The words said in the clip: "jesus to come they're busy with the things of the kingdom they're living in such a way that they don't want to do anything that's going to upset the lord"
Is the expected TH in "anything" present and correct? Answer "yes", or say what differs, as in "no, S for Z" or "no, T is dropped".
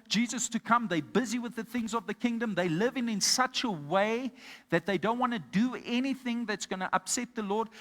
yes